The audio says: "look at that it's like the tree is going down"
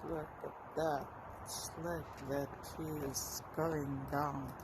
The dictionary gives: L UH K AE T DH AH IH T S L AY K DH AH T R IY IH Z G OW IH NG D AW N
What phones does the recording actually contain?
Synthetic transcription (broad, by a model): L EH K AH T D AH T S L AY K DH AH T IY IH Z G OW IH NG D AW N